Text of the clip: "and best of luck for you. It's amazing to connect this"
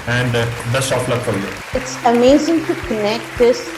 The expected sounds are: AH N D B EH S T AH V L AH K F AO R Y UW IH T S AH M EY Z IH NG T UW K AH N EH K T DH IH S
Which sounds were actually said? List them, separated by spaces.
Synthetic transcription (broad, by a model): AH N D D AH S AH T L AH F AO L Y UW IH T S AH M EY Z IH NG T UW K AH N EH K T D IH S